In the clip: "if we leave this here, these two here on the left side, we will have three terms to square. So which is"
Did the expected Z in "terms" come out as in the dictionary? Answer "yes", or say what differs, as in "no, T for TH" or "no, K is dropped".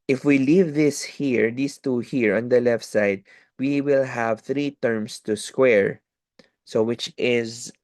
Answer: no, S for Z